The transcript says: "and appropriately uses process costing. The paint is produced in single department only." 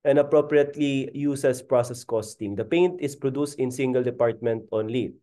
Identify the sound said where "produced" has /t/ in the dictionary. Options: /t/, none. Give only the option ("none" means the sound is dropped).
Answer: /t/